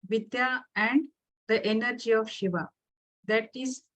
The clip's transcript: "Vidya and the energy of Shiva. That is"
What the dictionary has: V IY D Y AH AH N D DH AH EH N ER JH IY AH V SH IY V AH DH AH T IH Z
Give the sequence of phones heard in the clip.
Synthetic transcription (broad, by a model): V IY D Y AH AH N D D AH EH N ER JH IY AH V SH IY V AH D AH T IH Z